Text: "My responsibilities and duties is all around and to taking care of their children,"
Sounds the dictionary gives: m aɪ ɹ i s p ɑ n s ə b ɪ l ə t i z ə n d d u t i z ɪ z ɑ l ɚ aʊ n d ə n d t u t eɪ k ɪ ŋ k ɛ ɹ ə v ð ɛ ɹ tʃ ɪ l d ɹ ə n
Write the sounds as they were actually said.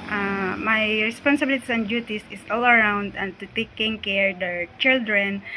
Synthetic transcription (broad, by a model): m aɪ ɹ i s p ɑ n s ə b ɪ l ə t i s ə n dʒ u t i s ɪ s ɑ l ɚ aʊ n d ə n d t u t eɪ k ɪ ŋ k ɛ ɹ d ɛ ɹ tʃ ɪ l d ɹ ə n